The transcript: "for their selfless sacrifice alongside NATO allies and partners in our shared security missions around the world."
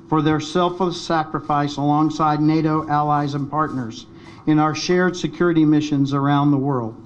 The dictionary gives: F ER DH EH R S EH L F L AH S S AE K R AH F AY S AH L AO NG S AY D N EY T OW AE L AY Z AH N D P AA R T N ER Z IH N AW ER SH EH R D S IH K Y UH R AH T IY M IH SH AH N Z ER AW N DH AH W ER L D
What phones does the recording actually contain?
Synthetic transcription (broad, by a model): F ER DH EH R S EH L F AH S S AE K R AH F AY S AH L AO NG S AY D N EY T OW AE L AY Z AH N P AA R T N ER Z IH N AW ER SH EH R D S IH K Y UH R AH T IY M IH SH AH N Z ER AW N DH AH W ER L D